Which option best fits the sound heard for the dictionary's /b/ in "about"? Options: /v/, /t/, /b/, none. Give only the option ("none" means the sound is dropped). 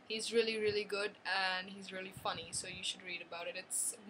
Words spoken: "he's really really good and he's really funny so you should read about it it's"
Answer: /b/